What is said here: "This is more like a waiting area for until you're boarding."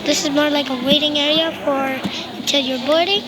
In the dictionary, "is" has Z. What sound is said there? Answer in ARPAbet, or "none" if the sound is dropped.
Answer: Z